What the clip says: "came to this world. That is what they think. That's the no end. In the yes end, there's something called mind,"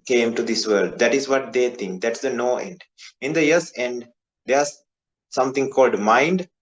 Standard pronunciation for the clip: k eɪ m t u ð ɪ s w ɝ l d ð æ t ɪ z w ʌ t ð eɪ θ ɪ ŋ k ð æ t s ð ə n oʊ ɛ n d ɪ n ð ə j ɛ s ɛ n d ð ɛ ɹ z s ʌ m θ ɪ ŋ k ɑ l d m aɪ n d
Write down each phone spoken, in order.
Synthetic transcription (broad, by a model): k eɪ m t u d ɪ s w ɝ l d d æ t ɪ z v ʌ t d eɪ t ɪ ŋ k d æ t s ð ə n oʊ ɛ n d ɪ n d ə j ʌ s ɛ n d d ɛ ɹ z s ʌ m t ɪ ŋ k ɑ l d m aɪ n d